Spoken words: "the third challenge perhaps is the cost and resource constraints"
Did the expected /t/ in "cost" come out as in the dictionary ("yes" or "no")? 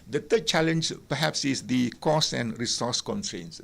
no